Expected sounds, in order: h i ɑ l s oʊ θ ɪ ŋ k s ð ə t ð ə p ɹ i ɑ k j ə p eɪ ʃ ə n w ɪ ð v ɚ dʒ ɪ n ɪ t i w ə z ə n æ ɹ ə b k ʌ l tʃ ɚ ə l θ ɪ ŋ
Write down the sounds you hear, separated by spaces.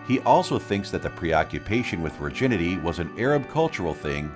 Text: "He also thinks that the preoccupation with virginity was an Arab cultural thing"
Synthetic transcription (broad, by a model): h i ɑ l s oʊ θ ɪ ŋ k s ð ə t ð ə p ɹ i ɑ k j ə p eɪ ʃ ə n w ɪ ð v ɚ dʒ ɪ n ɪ t i w ə z ə n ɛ ɹ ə b k ʌ l tʃ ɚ l θ ɪ ŋ